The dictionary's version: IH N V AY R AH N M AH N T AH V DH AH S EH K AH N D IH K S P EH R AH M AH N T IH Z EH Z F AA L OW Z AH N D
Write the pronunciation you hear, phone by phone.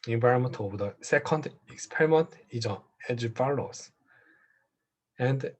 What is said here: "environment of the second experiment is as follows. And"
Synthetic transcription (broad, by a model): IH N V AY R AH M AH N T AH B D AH S EH K AH N D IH K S P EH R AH M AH N T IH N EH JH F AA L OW S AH N D